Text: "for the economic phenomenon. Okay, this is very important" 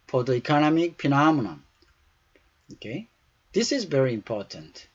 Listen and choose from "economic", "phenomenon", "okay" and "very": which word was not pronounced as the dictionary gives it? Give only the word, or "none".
phenomenon